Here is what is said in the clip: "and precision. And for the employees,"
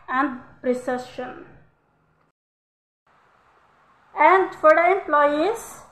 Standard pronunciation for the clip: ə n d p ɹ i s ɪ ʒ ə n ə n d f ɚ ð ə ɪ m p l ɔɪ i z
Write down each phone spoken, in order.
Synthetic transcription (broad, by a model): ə n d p ɹ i s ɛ ʃ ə n ə n d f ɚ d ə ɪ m p l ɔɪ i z